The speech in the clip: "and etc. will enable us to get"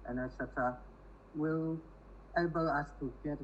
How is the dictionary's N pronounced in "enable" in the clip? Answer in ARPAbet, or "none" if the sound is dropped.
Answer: none